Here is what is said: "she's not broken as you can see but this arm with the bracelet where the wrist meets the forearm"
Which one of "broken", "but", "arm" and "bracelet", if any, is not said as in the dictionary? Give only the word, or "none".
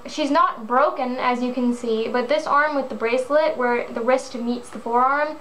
none